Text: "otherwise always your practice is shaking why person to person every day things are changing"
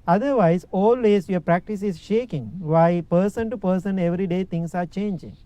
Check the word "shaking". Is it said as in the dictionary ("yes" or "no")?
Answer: yes